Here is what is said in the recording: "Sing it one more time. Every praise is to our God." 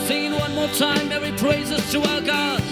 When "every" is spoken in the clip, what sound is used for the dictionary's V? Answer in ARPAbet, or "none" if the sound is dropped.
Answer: none